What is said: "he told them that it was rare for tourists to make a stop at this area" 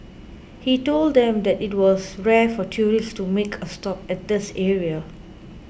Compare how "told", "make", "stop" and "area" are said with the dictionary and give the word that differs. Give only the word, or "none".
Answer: none